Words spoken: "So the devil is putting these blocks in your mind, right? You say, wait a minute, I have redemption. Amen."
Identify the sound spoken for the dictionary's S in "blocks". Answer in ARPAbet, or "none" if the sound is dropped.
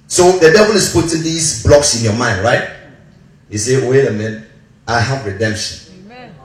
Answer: S